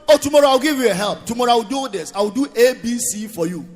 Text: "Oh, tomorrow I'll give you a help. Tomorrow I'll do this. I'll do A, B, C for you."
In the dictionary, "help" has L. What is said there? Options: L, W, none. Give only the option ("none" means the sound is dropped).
L